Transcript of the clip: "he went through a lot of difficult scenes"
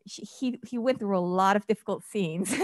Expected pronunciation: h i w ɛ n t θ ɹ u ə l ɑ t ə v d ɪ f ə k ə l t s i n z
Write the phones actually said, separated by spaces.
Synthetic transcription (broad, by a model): h i w ɛ n θ ɹ u ə l ɑ t ə v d ɪ f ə k l t s i n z